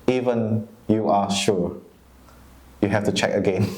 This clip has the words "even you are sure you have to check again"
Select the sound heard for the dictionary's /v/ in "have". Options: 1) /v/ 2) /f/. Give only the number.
2